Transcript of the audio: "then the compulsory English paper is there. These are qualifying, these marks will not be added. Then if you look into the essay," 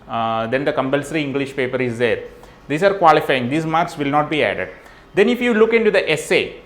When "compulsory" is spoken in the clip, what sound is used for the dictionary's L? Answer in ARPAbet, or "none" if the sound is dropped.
L